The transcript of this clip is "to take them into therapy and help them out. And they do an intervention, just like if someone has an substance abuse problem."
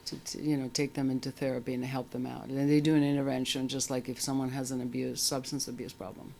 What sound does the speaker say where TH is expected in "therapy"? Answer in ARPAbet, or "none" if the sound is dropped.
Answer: TH